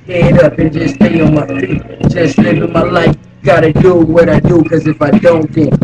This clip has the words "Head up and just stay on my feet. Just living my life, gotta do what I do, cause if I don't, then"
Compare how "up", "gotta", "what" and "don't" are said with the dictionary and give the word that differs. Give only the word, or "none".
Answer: up